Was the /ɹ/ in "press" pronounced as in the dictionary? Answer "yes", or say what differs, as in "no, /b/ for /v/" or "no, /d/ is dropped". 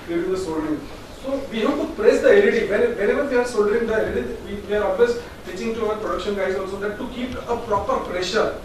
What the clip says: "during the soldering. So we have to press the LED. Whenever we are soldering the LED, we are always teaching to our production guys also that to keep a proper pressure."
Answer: yes